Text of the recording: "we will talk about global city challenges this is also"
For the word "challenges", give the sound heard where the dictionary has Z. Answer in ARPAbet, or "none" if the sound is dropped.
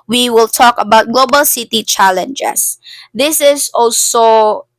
S